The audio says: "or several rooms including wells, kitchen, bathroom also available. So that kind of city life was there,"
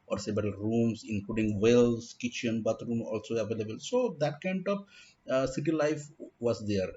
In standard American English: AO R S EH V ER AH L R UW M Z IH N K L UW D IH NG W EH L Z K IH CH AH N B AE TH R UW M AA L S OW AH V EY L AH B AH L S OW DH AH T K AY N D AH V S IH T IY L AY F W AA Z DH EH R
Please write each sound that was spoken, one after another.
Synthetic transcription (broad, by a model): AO R S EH B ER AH R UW M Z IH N K L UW D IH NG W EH L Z K IH CH AH N B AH T R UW M AA L S OW AH V EY L AH B AH L S OW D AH T K AY N D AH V S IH T IY L AY F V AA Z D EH R